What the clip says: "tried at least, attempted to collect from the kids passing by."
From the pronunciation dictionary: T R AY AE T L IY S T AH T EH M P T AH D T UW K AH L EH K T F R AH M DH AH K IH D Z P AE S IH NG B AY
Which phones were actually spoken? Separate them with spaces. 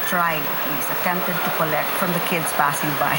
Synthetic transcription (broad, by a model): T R AY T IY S AH T EH M P T AH D T UW K AH L EH K T F R AH M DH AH K IH D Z P AE S IH NG B AY